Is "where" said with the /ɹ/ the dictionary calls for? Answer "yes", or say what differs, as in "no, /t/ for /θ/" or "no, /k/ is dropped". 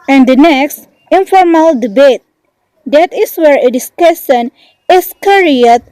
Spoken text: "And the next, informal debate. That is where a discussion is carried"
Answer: yes